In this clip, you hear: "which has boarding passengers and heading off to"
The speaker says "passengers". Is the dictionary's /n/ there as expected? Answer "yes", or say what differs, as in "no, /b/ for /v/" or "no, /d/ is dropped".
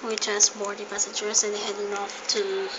no, /n/ is dropped